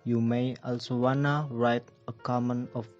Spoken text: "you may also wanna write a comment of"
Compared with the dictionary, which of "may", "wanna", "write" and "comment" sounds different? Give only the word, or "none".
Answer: comment